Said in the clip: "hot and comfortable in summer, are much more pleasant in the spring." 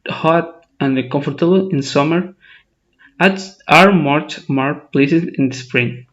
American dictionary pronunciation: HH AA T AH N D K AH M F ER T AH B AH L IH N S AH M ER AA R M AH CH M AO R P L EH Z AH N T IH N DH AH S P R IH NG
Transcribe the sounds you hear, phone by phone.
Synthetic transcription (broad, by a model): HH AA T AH N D K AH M F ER T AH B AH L IH N S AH M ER AA R M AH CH M AO R P L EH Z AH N IH N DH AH S P R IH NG